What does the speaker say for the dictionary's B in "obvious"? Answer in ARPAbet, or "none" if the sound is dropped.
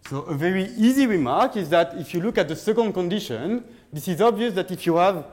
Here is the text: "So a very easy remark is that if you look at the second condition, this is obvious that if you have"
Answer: B